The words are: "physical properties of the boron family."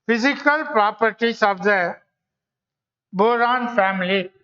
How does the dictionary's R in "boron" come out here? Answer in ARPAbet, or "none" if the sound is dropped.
R